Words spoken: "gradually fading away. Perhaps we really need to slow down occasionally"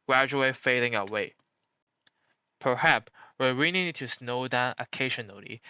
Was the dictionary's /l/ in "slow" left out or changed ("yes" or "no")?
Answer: yes